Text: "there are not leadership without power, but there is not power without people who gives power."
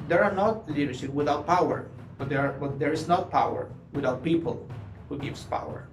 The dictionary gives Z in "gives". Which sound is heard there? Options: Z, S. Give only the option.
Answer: S